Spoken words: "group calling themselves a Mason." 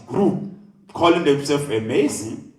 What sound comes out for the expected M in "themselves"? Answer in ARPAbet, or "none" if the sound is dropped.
none